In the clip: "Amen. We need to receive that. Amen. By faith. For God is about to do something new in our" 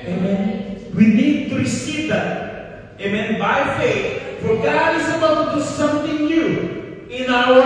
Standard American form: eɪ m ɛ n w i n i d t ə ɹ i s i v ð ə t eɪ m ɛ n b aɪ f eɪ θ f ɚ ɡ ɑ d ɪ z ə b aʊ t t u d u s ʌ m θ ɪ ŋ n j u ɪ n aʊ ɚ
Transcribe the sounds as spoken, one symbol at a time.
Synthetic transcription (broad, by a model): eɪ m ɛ n w i n i d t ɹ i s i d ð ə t eɪ m ɛ n b aɪ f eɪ t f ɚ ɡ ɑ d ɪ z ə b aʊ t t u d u s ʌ m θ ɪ ŋ n j u ɪ n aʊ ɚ